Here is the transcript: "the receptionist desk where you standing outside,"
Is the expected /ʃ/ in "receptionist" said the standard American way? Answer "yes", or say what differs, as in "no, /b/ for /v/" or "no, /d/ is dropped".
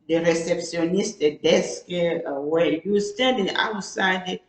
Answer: no, /s/ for /ʃ/